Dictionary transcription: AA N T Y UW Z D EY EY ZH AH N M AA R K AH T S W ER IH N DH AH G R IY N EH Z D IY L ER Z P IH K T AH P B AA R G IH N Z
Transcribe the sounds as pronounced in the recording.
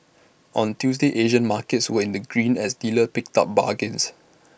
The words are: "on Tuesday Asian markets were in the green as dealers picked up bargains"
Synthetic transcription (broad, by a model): AA N T Y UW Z D EY EY ZH AH N M AA K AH T S W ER IH N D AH G R IY N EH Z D IY L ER P IH K T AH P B AA G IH N S